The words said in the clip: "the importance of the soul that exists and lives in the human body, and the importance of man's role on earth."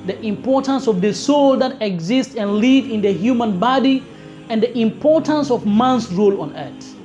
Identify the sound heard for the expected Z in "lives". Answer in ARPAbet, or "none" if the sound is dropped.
none